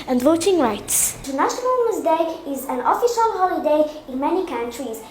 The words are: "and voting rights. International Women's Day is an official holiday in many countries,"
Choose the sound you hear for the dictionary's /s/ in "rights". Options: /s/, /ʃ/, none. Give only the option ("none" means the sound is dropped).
/s/